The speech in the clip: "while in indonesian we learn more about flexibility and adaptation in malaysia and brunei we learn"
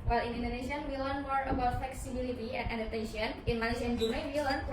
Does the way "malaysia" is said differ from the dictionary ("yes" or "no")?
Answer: yes